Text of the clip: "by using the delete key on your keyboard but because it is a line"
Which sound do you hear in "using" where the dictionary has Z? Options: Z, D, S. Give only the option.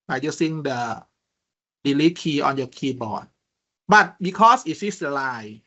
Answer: S